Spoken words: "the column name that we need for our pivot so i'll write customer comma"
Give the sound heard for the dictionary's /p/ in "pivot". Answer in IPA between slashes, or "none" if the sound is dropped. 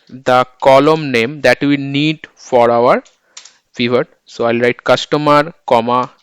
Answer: /f/